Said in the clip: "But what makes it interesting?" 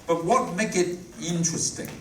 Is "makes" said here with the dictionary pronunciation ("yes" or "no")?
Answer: no